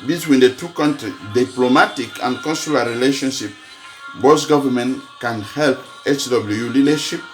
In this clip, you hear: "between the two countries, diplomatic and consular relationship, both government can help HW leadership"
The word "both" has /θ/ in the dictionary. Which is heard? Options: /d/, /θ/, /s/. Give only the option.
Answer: /s/